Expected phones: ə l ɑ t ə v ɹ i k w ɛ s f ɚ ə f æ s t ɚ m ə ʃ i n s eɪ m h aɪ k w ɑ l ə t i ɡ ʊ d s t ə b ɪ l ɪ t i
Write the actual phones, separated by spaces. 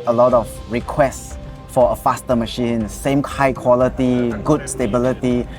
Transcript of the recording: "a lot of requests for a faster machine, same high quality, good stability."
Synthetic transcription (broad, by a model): ə l ɑ t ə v ɹ i k w ɛ s f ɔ ə f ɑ s t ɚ m ə ʃ i n s eɪ m h aɪ k w ɑ l ə t i ɡ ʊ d s t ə b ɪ l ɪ t i